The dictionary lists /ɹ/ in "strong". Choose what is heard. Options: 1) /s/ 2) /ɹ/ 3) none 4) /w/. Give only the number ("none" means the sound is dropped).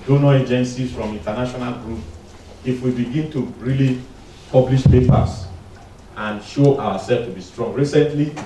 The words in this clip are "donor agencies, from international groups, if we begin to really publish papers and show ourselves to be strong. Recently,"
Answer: 2